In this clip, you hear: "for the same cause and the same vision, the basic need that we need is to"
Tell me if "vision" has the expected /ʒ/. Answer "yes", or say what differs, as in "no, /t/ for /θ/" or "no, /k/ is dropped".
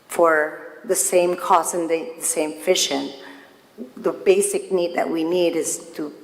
no, /ʃ/ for /ʒ/